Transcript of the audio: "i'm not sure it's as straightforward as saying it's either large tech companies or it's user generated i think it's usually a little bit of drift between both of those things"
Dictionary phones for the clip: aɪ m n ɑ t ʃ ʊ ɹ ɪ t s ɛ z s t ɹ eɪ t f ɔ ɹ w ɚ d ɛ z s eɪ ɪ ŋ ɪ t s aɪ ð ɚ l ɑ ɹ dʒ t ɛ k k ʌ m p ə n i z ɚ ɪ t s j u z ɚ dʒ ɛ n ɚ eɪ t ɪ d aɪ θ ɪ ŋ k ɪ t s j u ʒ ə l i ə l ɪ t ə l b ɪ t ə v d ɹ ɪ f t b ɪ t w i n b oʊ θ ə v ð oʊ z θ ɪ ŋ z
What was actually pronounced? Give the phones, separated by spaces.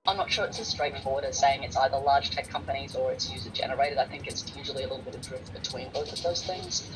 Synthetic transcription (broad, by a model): aɪ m n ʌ t ʃ ʊ ɹ ɪ t s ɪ s t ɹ eɪ t f ɔ ɹ w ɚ d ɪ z s eɪ ɪ ŋ ɪ t s aɪ ð ɚ l ɑ ɹ dʒ t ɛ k k ʌ m p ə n i z ɚ ɪ t s j u z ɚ dʒ ɛ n ɚ eɪ t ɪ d aɪ θ ɪ ŋ k ɪ t s j u ʒ l i ə l ɪ t l b ɪ t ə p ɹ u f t b ɪ t w i n b oʊ θ ə v ð oʊ z θ ɪ ŋ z